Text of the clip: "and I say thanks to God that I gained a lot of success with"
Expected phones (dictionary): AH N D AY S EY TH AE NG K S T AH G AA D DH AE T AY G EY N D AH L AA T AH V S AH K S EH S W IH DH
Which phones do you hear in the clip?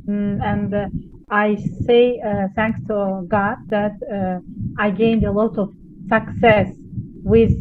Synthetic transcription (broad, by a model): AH N D AY S EY TH AE NG K S T AH G AA D DH AE T AY G EY N D AH L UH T AH V S AH K S EH S W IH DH